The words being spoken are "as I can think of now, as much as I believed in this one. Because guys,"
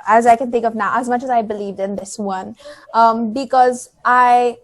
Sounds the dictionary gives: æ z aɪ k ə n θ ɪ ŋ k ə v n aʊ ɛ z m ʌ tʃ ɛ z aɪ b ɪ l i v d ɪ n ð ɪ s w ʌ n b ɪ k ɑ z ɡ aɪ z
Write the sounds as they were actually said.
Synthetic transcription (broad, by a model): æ z aɪ k ə n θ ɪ ŋ k ə v n aʊ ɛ z m ʌ tʃ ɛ z aɪ b ɪ l i v d ɪ n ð ɪ s w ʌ n b ɪ k ɑ z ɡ aɪ